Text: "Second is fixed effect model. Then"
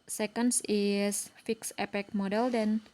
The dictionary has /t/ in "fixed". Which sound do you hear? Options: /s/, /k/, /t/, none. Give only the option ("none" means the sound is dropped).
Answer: none